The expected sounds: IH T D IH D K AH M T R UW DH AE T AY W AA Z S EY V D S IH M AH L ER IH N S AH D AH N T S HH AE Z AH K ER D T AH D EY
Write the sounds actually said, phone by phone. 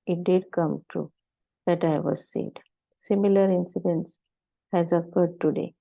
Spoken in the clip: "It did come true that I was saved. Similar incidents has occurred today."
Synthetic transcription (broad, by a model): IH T D IH D K AH M T R UW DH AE T AY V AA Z S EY D S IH M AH L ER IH N S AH D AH N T S HH AE Z AH K ER D T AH D EY